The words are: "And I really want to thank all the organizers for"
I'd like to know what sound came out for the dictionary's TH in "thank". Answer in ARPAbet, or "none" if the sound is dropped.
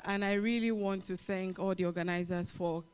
TH